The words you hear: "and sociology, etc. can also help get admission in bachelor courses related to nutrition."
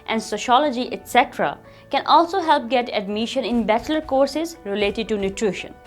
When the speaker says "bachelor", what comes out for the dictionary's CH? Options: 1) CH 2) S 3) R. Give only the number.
1